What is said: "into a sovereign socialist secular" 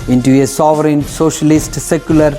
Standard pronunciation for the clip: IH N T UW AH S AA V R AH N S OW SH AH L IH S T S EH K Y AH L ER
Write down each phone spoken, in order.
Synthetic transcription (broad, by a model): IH N T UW AH S AA V R AH N S OW SH AH L IH S T S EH K Y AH L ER